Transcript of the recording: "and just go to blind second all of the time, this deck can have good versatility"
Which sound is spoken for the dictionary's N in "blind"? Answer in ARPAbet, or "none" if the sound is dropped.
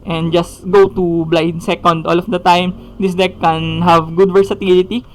none